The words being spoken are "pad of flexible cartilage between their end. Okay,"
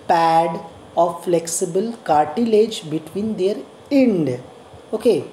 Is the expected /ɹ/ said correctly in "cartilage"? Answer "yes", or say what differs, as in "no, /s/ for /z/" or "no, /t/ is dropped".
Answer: yes